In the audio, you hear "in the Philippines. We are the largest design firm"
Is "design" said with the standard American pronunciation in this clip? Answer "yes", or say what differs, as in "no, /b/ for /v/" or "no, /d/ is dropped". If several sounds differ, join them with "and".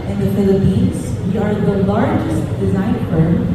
yes